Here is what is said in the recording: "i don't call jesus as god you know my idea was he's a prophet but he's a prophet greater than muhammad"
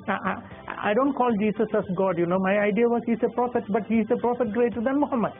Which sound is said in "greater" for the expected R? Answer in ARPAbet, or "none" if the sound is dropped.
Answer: R